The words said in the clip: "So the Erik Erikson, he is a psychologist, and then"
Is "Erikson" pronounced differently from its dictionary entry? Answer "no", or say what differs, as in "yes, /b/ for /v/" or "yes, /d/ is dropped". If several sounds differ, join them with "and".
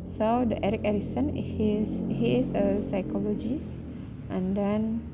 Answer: yes, /k/ is dropped